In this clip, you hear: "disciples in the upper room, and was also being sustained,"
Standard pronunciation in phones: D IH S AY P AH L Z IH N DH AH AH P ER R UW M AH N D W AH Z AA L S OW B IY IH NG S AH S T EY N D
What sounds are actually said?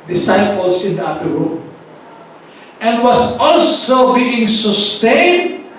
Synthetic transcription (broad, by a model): D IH S AY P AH L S IH N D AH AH F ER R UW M AH N D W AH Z AA L S OW B IY IH NG S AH S T EY N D